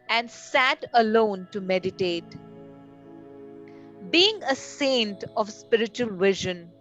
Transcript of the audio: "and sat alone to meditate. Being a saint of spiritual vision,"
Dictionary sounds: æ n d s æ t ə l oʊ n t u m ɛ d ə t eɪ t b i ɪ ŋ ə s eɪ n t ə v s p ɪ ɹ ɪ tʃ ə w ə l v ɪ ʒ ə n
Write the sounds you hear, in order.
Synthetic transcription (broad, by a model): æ n d s æ t ə l oʊ n t u m ɛ d ə t eɪ t b i ɪ ŋ ə s eɪ n t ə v s p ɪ ɹ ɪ tʃ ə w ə l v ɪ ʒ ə n